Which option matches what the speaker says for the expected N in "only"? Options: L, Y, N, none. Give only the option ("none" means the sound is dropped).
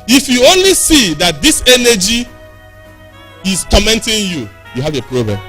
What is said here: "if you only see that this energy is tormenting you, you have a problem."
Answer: N